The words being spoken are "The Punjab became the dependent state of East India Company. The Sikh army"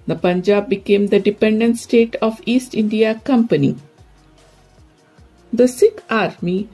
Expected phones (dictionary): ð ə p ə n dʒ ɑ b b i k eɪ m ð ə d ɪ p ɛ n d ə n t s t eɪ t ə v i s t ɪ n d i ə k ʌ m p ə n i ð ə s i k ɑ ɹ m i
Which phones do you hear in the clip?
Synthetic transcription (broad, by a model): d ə p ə n dʒ ɑ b b i k eɪ m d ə d ɪ p ɛ n d ə n t s t eɪ t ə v i s t ɪ n d i ə k ʌ m p ə n i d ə s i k ɑ ɹ m i